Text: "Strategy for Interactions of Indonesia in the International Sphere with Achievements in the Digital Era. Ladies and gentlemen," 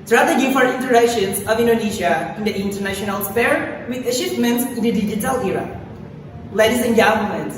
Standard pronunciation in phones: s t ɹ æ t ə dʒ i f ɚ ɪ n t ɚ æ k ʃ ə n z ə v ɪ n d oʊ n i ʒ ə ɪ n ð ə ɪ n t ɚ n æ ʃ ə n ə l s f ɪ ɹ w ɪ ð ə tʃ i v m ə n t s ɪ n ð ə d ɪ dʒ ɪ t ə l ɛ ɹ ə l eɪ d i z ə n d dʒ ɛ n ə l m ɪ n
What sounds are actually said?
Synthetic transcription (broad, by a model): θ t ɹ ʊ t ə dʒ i f ɚ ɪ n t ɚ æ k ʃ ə n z ə v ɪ n d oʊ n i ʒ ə ɪ n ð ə ɪ n t ɚ n æ ʃ ə n ə l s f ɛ ɹ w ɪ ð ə ʃ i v m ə n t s ɪ n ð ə d ɪ dʒ ɪ t ə l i ɹ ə l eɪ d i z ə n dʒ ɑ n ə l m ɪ n